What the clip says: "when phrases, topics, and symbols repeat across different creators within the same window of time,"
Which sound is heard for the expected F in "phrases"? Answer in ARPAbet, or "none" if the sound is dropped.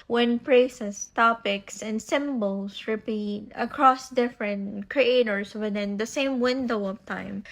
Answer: P